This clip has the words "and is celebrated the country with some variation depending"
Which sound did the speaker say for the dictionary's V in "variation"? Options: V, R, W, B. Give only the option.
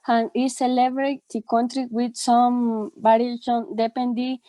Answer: B